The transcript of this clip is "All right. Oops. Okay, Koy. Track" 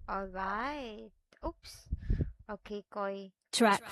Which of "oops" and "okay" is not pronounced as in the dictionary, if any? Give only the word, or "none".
none